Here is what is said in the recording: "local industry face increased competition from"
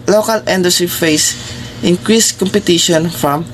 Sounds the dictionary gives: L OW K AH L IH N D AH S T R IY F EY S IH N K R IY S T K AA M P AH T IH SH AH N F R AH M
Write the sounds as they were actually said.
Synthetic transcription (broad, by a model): L OW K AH L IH N D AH S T R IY F EY S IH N K R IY S K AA M P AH T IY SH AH N F R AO M